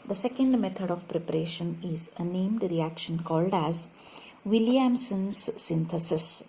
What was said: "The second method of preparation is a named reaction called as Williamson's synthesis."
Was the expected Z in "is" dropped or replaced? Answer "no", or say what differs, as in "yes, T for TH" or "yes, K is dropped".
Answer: no